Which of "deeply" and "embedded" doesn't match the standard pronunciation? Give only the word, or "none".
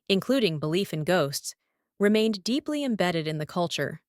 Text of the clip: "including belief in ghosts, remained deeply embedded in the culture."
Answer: none